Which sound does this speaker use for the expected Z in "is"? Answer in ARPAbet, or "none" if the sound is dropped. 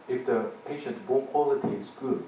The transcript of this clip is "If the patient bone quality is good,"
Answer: S